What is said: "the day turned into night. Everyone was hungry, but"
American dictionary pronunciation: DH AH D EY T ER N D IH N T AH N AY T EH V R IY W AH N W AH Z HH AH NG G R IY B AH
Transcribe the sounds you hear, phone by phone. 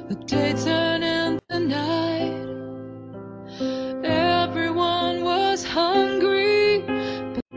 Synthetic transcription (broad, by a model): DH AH D EY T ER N IH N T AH N AY T EH V R IY W AH N W AH Z HH AH NG G R IY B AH